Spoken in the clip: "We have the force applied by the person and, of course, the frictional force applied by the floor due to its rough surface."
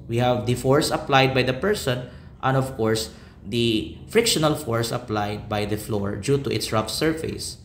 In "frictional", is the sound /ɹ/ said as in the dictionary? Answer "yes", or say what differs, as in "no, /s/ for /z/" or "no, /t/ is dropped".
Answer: yes